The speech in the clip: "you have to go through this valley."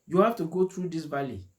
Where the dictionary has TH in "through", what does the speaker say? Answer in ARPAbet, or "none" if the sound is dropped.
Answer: T